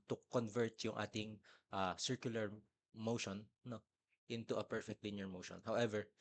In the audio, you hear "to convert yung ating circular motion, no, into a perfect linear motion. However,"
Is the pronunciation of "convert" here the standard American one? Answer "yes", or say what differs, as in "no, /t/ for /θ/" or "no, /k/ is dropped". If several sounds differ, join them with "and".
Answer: yes